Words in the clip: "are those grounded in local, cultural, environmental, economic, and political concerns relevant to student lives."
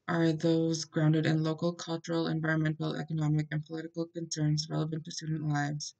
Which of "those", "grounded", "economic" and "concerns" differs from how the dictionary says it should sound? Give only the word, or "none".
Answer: none